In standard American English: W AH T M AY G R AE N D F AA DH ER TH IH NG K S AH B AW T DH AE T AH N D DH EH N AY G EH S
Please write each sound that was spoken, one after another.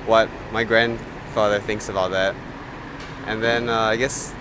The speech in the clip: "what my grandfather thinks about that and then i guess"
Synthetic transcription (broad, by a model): W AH T M AY G R AE N D F AA DH ER TH IH NG K S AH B AW T DH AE T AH N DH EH N AY G EH S